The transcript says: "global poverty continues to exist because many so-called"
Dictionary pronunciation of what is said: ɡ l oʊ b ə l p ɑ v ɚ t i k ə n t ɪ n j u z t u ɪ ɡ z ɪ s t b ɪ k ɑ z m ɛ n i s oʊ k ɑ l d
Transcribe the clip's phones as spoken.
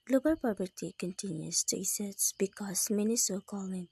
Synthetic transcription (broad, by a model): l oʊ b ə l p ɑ p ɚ t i k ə n t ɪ n j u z t u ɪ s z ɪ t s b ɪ k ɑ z m ɛ n i s oʊ k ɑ l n